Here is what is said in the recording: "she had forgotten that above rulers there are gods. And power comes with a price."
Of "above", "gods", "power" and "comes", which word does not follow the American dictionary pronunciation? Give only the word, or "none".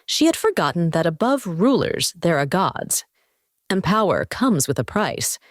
none